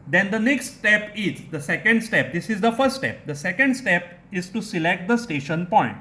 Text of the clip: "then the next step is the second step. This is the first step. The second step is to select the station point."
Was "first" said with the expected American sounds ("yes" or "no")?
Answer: no